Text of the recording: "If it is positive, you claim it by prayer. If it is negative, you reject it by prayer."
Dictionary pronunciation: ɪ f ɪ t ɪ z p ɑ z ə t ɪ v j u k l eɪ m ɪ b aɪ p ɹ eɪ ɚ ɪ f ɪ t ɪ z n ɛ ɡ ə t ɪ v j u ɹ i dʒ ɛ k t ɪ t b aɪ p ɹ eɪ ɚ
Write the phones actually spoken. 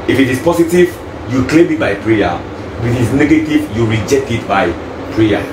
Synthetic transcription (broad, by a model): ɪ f ɪ t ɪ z p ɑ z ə t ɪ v j u k l eɪ m ɪ b aɪ p ɹ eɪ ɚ ɪ f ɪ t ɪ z n ɛ ɡ ə t ɪ v j u ɹ i dʒ ɛ k t ɪ t b aɪ p ɹ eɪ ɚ